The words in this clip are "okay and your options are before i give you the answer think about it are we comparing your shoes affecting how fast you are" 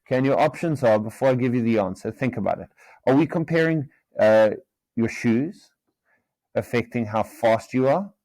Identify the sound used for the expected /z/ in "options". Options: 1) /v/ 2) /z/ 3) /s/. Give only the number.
2